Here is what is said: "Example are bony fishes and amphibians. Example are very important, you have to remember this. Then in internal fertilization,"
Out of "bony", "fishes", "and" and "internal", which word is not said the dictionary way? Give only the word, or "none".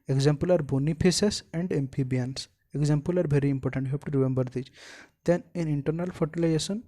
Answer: fishes